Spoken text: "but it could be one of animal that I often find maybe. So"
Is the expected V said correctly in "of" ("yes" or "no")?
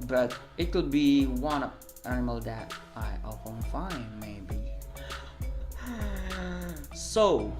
no